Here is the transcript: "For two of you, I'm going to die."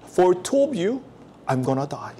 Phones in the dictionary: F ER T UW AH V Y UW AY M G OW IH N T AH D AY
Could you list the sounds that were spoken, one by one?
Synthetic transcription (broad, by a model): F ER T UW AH B Y UW AY M G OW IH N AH D AY